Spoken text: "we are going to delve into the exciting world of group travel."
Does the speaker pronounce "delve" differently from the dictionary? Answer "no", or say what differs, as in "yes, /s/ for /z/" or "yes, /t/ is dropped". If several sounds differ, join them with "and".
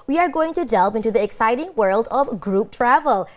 yes, /p/ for /v/